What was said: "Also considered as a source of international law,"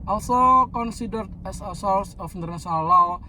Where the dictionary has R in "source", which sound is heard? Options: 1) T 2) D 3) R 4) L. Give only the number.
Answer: 4